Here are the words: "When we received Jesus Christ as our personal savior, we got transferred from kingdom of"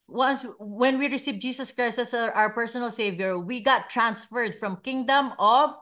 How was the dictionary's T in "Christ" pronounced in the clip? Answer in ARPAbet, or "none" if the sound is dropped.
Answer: none